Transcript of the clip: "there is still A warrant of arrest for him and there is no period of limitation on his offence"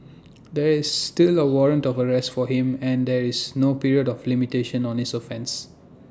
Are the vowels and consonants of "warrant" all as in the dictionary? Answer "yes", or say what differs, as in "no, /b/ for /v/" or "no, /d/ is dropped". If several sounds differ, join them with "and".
yes